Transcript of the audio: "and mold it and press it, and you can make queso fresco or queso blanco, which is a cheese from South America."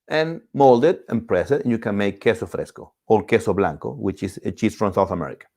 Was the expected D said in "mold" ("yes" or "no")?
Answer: yes